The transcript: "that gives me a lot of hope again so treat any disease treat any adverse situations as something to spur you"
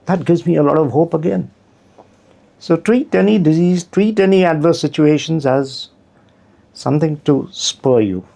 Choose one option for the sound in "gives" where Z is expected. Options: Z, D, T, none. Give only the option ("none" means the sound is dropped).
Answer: Z